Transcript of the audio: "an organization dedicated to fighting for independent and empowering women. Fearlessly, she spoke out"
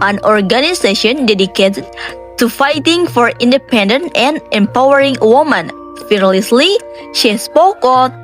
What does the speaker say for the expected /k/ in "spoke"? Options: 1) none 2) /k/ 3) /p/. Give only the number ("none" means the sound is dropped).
2